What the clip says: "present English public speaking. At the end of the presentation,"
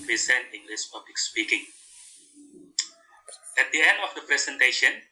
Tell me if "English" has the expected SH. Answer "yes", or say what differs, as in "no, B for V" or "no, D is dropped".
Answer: no, S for SH